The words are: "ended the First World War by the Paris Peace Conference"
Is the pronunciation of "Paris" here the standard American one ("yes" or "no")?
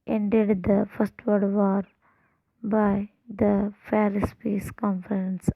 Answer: no